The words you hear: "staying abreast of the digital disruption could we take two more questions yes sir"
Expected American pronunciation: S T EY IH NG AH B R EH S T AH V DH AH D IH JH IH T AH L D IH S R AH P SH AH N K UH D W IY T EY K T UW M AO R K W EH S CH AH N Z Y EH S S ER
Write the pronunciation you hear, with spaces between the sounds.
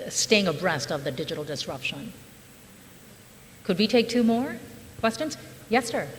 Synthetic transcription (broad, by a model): S T EY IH NG AH B R EH S T AH V DH AH D IH JH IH T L D IH S R AH P SH AH N K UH D W IY T EY K T UW M AO R K W EH S CH AH N Z Y EH S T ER